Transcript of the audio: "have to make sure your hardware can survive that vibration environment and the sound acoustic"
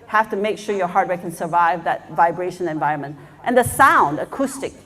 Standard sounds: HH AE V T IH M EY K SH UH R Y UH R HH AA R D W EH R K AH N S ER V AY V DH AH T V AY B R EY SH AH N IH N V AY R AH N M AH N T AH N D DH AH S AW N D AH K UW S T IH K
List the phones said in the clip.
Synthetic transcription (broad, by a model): HH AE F T IH M EY K SH UH R Y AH R HH AA R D W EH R K AH N S ER V AY V DH AH T V AY B R EY SH AH N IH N V AY R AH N M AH N T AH N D DH AH S AW N D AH K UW S T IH K